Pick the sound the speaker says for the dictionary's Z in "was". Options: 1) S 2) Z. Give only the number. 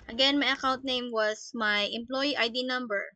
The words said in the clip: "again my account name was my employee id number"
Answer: 1